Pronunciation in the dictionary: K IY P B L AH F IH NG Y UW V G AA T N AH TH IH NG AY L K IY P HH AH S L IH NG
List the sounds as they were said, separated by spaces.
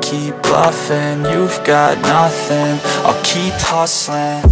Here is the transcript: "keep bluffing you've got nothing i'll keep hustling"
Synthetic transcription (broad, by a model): K IY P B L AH F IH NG Y UW V G AA T N AH TH IH NG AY K IY P HH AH S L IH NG